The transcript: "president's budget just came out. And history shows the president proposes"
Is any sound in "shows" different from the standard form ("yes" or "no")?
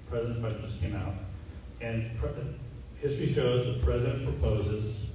no